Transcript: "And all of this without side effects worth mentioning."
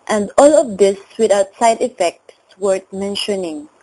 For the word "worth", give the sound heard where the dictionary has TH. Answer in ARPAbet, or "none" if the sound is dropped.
T